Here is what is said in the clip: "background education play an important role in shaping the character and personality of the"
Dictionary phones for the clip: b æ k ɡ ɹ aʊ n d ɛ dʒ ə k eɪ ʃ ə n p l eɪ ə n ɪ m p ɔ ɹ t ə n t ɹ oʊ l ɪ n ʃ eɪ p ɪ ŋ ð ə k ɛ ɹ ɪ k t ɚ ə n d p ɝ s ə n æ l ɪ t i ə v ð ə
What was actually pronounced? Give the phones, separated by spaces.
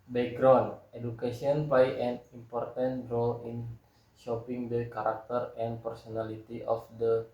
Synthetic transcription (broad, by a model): b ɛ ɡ ɹ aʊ n d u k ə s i ə n p l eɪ ə n ɪ m p ɔ ɹ t ə n t ɹ oʊ l ɪ n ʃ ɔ p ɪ ŋ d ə k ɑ ɹ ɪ k t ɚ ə n p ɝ s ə n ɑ l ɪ t i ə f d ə